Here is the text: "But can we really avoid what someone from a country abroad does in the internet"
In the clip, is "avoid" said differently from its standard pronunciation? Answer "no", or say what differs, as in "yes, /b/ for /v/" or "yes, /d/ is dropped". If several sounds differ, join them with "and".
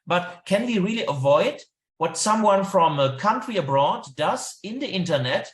no